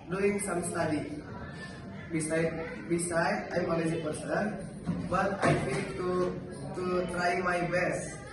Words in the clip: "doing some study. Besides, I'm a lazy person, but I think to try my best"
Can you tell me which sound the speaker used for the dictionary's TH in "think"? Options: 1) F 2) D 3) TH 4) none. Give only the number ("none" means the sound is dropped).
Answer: 1